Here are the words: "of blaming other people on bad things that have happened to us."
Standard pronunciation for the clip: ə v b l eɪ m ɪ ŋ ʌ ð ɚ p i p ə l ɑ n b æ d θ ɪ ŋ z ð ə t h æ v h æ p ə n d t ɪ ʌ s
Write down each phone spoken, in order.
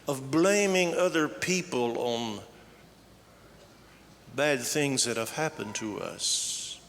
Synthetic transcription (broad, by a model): ə v b l eɪ m ɪ ŋ ʌ ð ɚ p i p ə l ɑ n b æ d θ ɪ ŋ z ð ə t h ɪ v h æ p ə n t ɪ ʌ s